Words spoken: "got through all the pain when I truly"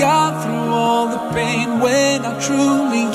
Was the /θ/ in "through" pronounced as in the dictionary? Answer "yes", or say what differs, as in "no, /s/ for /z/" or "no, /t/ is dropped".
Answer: yes